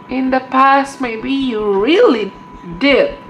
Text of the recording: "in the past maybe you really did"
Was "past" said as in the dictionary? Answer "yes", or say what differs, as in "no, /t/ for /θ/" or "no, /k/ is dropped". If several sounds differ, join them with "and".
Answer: yes